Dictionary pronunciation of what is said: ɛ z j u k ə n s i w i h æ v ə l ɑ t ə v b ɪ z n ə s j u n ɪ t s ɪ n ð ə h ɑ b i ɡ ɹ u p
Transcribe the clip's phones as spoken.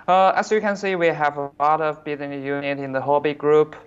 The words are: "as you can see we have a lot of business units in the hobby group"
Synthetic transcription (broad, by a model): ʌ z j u k ə n s i w i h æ v ə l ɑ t ə v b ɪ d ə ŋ j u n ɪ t ɪ n ð ə h ɑ b i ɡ ɹ u p